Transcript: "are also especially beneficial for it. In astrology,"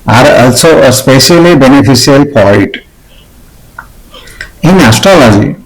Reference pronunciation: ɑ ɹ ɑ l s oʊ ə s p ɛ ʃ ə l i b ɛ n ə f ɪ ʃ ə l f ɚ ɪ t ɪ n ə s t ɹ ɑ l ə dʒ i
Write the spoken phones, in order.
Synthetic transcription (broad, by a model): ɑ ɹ ɑ l s oʊ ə s p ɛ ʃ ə l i b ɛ n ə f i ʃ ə l p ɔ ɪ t ɪ n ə s t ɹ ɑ l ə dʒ i